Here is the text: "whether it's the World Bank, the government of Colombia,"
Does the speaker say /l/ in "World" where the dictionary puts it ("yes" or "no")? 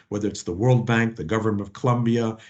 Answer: yes